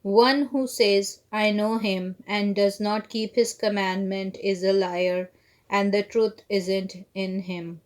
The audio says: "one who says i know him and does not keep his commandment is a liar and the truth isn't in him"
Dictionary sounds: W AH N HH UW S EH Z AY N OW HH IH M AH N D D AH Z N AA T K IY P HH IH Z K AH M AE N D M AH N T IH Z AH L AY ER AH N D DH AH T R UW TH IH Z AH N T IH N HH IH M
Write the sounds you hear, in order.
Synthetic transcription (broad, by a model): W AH N HH UW S EH Z AY N OW HH IH M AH N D D AH Z N AA T K IY P HH IH Z K AH M AE N D M AH N T IH Z AH L AY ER AH N D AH T R UW T IH Z AH N T IH N HH IH M